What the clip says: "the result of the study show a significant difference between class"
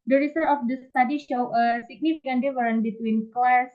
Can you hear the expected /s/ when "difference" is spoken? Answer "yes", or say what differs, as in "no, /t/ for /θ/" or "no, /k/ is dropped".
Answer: no, /s/ is dropped